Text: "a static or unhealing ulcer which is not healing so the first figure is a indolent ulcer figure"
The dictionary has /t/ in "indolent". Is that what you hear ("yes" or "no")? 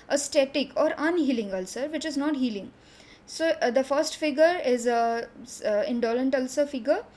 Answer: yes